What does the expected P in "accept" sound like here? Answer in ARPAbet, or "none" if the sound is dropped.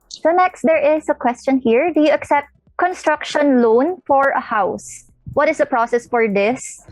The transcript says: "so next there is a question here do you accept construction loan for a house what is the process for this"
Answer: P